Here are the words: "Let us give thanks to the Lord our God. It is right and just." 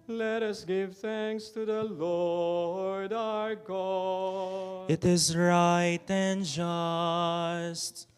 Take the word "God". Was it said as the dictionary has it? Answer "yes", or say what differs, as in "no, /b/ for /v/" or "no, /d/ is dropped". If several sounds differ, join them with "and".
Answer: no, /d/ is dropped